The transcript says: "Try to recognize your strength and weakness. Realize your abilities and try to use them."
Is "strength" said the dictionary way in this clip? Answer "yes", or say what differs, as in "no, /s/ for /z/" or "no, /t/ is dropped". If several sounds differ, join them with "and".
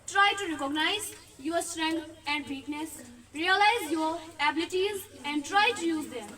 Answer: no, /t/ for /θ/